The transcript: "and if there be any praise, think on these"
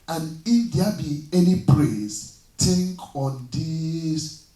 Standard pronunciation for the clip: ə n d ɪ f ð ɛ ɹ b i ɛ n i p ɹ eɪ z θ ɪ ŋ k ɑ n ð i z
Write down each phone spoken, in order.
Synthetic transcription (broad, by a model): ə n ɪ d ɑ b i ɛ n i p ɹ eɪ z t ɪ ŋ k ɑ n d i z